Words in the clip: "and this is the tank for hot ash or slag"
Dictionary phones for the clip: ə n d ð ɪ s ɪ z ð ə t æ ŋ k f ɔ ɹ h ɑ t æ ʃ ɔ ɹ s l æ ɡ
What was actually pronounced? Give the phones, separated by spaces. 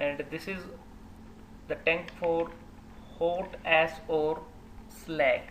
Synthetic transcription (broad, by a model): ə n d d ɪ s ɪ z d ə t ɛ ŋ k f ɔ ɹ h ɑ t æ s ɔ ɹ s l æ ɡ